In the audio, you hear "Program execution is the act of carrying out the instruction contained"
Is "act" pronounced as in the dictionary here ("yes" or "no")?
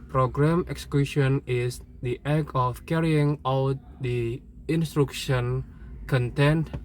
no